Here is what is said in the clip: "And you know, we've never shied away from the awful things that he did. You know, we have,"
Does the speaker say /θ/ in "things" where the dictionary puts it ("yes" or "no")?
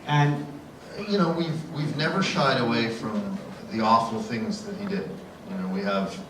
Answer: yes